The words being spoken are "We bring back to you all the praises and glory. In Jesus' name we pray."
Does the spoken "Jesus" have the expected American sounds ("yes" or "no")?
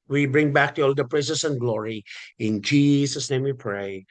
no